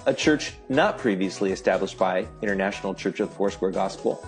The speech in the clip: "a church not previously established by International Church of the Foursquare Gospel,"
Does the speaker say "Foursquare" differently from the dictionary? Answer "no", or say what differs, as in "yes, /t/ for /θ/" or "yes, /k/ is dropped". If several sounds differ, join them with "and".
yes, /k/ is dropped